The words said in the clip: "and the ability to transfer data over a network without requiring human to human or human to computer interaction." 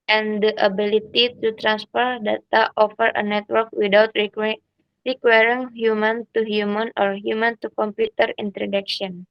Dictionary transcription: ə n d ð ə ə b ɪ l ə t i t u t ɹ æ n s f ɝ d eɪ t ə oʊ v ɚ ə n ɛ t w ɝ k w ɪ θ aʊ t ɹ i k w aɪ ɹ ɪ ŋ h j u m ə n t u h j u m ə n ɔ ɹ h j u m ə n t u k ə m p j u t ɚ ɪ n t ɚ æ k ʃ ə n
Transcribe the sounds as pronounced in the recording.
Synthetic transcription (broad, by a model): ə n d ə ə b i l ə t i t u t ɹ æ n s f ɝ d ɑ t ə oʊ f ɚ ə n ɛ t w ɝ k w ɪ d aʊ t ɹ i k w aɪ ɹ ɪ ŋ h j u m ə n t u h j u m ə n ɔ ɹ h j u m ə n t u k ə m p j u t ɚ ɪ n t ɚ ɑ k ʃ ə n